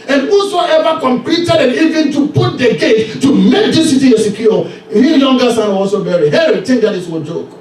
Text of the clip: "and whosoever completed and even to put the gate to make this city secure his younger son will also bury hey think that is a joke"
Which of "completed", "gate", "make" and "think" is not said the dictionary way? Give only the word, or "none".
think